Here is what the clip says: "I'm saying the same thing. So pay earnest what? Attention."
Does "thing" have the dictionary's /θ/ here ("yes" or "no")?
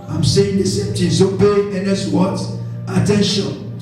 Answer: no